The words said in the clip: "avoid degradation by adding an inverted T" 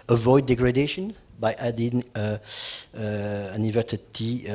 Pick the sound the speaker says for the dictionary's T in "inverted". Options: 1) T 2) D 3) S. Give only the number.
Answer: 3